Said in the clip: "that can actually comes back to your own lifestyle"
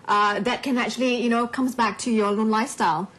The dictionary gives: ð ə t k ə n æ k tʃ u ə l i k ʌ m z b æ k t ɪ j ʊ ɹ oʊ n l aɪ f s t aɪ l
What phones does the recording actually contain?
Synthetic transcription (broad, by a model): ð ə t k ə n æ k tʃ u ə n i k ʌ m z b æ k t ɪ j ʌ ɹ oʊ n l aɪ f s t aɪ l